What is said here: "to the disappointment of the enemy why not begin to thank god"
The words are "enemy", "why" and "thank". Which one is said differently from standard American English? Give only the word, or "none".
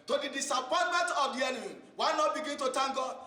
thank